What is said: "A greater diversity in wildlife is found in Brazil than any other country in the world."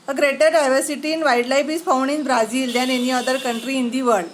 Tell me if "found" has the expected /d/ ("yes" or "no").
no